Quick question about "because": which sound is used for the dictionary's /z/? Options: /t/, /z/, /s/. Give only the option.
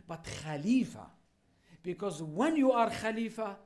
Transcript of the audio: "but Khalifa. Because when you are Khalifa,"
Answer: /z/